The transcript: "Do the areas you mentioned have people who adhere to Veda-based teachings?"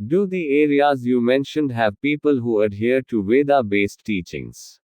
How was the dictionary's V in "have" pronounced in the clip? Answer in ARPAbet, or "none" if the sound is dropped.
V